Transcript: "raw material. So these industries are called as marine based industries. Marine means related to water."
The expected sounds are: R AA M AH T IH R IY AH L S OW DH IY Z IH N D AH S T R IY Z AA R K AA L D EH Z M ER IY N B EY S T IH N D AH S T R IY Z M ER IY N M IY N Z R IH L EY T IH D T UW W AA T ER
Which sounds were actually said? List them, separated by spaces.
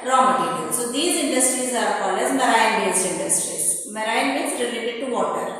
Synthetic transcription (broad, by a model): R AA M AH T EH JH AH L S OW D IY Z IH N D AH S T R IY Z AA R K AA L EH Z M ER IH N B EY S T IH N D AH S T R IY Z M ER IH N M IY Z R IH L EY T IH D T UW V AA T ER